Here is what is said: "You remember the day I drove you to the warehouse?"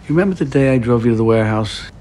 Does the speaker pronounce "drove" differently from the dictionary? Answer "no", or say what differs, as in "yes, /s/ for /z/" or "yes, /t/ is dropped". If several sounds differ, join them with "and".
no